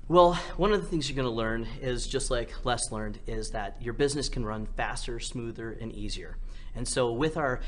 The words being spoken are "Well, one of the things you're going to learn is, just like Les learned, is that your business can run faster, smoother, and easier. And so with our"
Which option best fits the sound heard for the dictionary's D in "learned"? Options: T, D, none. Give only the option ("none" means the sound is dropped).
D